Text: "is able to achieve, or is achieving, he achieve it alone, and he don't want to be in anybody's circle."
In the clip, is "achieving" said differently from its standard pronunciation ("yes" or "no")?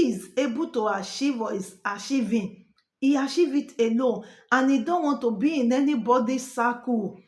yes